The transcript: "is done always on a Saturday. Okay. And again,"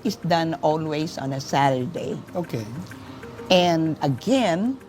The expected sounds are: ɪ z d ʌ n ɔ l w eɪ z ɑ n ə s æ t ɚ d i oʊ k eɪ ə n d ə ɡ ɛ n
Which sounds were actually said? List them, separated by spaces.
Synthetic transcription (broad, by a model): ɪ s d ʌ n ɔ l w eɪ s ɑ n ə s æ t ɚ d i oʊ k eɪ ə n d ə ɡ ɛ n